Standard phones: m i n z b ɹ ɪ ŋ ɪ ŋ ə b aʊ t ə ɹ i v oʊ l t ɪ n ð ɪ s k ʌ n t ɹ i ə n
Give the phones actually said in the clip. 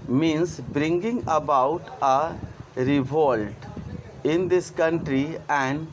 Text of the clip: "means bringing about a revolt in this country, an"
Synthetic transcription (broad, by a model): m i n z b ɹ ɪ ŋ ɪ ŋ ə b aʊ t ə ɹ i v oʊ l t ɪ n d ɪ s k ʌ n t ɹ i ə n